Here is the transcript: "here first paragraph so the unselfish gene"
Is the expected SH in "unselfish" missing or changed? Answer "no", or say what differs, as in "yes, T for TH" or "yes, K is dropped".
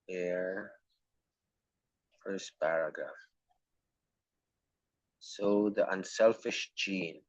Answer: no